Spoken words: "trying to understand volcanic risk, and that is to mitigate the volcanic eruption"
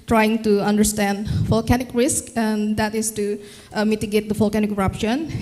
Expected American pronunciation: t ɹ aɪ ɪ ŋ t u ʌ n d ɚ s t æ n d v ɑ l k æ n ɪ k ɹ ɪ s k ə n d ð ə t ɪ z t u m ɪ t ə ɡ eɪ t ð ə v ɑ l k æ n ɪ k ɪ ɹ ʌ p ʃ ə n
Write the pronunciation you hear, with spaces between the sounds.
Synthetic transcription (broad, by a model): t ɹ aɪ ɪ ŋ t u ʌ n d ɚ s t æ n d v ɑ l k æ n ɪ k ɹ ɪ s k ə n d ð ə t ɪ s t u m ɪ t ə ɡ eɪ t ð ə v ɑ l k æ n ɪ k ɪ ɹ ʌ p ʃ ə n